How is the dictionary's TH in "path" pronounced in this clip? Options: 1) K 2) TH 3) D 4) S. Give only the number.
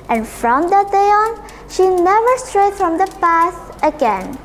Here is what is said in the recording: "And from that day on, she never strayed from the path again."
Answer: 4